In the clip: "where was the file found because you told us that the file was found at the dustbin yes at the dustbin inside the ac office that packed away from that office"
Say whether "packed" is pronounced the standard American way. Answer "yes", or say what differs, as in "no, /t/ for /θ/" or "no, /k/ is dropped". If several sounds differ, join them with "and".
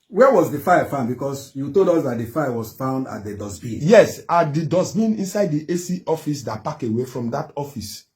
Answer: no, /t/ is dropped